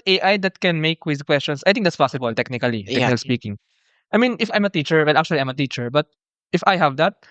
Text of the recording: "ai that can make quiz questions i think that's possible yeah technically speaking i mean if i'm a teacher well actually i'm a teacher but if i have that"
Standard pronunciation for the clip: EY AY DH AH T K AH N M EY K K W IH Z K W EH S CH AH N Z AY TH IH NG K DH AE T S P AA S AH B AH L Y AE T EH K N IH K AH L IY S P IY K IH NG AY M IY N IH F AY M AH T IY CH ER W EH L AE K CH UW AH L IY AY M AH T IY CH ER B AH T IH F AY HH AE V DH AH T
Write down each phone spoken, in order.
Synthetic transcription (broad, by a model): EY AY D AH T K AH N M EY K K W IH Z K W EH S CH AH N S AY T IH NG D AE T S P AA S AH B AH L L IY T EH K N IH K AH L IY S P IY K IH NG AY M IY N IH F AY M AH T IY CH ER W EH L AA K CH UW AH L IY AY M AH T IY CH ER B AH T IH F AY HH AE V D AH T